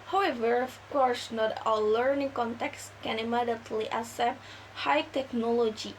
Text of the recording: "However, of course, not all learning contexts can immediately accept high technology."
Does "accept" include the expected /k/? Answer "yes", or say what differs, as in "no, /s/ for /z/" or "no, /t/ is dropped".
no, /k/ is dropped